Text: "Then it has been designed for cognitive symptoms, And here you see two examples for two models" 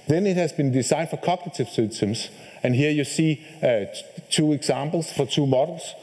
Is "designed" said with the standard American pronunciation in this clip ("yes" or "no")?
no